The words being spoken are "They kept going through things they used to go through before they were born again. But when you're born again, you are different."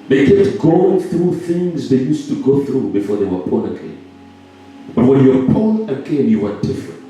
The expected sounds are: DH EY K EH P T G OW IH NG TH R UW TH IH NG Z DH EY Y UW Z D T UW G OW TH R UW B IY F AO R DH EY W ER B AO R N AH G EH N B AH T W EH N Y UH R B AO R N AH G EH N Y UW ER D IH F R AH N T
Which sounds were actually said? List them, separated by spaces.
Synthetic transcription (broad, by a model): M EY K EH T G OW IH NG TH R UW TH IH NG Z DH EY Y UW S T UW G OW TH R UW B IY F AO R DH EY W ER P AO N AH G EH N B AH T W EH N Y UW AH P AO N AH G EH N Y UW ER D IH F R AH N T